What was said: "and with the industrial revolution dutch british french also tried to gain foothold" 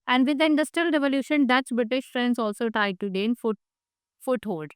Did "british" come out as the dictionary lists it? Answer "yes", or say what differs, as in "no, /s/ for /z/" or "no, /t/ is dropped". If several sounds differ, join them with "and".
yes